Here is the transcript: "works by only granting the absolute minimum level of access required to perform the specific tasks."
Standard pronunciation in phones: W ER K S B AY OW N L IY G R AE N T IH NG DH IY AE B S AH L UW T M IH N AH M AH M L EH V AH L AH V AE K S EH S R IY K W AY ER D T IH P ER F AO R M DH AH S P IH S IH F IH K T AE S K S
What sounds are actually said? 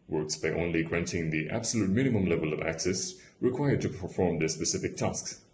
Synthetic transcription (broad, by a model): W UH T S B AY OW N L IY G R AE N T IH NG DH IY AE B S AH L UW T M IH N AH M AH M L EH V AH L AH V AE K S EH S R IY K W AY ER D T IH P ER F AO R M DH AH S P IH S IH F IH K T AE S K S